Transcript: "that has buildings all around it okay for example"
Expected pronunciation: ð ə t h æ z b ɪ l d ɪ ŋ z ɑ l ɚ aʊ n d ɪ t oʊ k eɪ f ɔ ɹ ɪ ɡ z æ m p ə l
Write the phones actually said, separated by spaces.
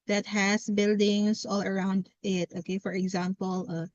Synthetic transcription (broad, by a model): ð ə t h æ s b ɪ l d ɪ ŋ s ɑ l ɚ aʊ n d ɪ t oʊ k eɪ f ɔ ɹ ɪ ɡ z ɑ m p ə l